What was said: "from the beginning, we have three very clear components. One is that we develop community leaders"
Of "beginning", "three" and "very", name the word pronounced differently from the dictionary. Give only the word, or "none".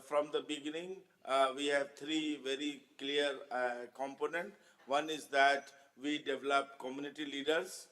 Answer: three